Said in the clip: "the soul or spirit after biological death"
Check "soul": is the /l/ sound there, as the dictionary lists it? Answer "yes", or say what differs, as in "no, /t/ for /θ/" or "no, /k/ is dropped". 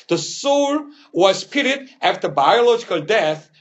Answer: no, /w/ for /l/